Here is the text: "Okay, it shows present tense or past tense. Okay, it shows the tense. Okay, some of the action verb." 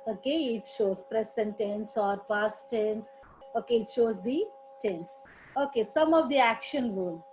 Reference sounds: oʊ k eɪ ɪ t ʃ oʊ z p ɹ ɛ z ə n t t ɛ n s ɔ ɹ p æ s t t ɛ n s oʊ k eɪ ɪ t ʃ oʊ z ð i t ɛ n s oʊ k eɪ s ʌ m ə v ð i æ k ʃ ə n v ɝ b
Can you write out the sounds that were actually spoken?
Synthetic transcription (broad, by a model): oʊ k eɪ ɪ t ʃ oʊ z p ɹ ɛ s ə n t t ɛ n s ɔ ɹ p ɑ s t t ɛ n s oʊ k eɪ ɪ t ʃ oʊ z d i t ɛ n s oʊ k eɪ s ʌ m ə v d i æ k ʃ ə n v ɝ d